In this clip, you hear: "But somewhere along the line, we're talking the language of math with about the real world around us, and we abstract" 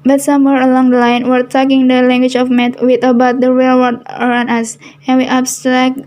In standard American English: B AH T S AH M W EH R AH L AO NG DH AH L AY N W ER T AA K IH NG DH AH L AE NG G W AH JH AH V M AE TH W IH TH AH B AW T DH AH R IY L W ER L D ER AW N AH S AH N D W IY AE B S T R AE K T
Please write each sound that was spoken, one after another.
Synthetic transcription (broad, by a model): B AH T S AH M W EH R AH L AO NG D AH L AY N W ER T AA K IH NG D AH L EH NG G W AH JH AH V M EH T W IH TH AH B AW T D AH R IY L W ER D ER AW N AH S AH N W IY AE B S T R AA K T